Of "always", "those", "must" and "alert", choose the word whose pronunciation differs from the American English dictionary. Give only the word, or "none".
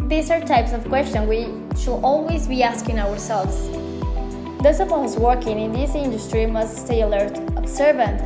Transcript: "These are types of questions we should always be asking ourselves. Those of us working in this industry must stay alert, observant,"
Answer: those